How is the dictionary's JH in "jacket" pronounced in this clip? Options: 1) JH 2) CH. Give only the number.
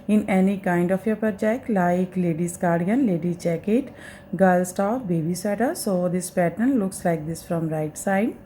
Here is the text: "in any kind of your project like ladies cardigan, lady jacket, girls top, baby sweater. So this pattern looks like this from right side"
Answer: 2